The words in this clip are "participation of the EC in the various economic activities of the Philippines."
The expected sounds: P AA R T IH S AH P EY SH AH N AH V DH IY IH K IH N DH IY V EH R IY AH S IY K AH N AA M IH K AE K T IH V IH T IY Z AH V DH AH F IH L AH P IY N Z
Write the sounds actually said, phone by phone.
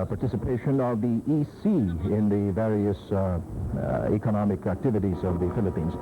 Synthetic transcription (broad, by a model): P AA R T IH S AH P EY SH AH N AH V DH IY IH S IH N DH IY V EH R IY AH S IY K AH N AA M IH K AE K T IH V IH T IY Z AH V DH AH F IH L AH P IY N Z